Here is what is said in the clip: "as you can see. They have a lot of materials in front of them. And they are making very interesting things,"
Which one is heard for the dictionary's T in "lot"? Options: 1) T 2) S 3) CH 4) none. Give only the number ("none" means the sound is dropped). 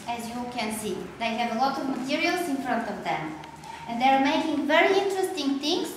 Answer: 1